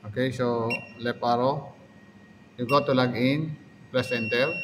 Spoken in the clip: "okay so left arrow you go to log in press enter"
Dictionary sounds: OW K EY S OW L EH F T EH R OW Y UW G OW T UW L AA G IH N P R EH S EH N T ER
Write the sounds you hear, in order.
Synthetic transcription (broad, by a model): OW K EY S OW L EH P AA R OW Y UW G OW T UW L AA G IH N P L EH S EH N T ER